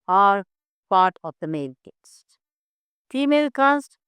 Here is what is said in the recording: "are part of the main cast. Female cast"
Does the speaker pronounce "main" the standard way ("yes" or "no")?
no